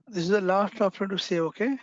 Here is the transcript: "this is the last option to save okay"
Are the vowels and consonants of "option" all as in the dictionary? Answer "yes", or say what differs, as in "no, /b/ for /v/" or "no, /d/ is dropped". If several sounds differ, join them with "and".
no, /ʃ/ is dropped